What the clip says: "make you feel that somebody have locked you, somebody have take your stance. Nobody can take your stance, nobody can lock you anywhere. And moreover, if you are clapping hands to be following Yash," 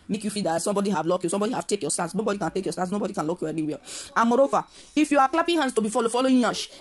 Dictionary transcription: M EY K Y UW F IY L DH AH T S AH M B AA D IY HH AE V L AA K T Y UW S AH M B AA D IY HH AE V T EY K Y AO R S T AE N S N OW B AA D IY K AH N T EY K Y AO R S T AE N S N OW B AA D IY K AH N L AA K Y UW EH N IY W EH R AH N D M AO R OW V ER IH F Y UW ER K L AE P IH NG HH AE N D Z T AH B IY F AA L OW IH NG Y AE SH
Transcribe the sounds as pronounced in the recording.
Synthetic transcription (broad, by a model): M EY K Y UW F IY L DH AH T S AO M B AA D IY HH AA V L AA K Y UW S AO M B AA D IY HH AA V T EY K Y AO S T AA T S N OW B AA D IY K AH N T EY K Y AO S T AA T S N OW B AA D IY K AH N L AA K Y UW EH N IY W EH L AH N M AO R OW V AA IH F Y UW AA K L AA P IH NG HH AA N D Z T AH B IY F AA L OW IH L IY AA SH